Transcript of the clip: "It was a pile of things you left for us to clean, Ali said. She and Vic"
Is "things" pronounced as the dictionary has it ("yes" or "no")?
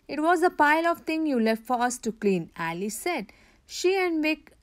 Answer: no